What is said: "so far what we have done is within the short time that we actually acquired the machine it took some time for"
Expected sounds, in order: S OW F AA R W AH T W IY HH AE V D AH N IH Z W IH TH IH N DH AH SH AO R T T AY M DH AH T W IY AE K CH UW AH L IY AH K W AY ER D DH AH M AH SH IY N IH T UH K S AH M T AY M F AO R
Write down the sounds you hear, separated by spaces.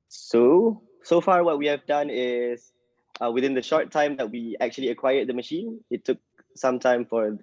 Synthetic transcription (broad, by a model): S OW F AA R W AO T W IY HH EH V D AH N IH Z W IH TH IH N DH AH SH AO R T T AY M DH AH T W IY AE K CH UW AH L IY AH K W AY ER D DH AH M AH SH IY N IH T UH K S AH M T AY M F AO R